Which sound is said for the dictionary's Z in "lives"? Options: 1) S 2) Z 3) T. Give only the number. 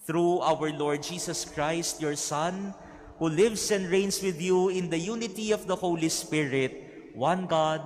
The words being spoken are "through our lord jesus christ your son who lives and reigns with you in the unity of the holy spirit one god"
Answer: 1